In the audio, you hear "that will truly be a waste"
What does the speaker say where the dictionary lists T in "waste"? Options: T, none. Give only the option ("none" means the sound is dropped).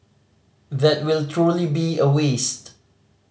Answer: T